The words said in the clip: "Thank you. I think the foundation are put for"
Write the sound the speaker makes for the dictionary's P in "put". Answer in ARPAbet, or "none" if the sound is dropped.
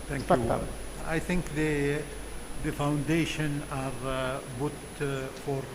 B